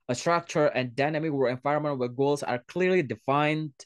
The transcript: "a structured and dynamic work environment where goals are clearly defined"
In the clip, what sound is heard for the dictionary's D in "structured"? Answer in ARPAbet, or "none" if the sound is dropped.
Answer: none